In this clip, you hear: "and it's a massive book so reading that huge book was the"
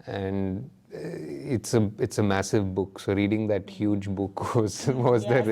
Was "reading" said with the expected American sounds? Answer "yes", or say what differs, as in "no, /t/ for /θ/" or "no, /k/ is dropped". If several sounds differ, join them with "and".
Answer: yes